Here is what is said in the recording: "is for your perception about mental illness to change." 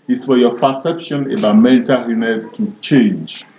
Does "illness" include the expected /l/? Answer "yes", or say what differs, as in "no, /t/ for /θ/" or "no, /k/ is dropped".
no, /l/ is dropped